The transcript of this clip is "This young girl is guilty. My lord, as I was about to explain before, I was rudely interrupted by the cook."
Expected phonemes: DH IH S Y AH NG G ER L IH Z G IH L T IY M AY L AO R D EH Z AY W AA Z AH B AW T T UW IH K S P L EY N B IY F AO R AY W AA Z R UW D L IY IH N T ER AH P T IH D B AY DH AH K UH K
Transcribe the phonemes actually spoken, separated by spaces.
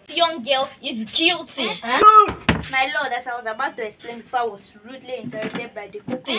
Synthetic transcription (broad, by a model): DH Y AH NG G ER L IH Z G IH L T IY M AY L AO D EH S AY W AA Z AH B AW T T UW IH K S P L EY N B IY F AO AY W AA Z R UW D L IY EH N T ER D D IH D B AY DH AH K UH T